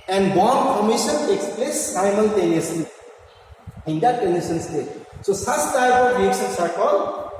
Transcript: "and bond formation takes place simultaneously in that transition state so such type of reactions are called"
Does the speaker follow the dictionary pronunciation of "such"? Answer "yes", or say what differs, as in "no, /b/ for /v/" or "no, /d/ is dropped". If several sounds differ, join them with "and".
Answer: no, /s/ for /tʃ/